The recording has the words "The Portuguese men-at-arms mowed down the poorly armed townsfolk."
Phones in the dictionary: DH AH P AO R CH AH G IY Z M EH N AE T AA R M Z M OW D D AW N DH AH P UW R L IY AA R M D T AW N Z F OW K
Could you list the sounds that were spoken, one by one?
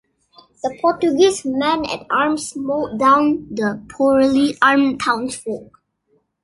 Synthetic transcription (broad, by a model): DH AH P AO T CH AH G IY S M EH N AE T AA R M S M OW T D AW N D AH P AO R L IY AA R M T AW N S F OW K